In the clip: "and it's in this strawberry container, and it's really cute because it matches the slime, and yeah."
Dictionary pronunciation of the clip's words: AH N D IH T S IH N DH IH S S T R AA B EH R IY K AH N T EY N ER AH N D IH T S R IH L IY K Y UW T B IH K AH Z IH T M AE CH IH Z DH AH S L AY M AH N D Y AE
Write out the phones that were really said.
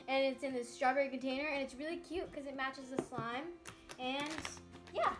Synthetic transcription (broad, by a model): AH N IH T S IH N DH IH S S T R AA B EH R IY K AH N T EY N ER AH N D IH T S R IH L IY K Y UW T K AH Z IH T M AE CH IH Z DH AH S L AY M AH N Y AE